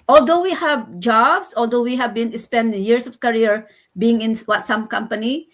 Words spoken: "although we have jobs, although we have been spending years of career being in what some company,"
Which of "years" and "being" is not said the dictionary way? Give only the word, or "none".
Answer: years